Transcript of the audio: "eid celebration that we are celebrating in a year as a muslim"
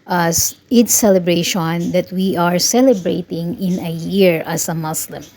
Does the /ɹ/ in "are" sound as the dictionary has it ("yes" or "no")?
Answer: yes